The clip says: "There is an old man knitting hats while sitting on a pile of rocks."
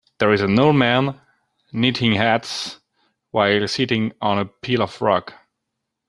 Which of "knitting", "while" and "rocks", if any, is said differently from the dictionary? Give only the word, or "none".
rocks